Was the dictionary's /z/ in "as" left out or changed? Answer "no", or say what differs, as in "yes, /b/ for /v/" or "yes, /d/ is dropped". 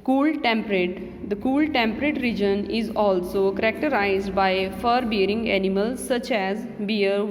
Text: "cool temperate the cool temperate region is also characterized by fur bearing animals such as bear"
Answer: no